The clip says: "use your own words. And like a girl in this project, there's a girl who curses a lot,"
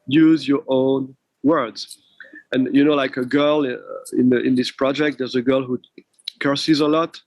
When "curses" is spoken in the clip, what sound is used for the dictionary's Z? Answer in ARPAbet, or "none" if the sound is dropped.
Z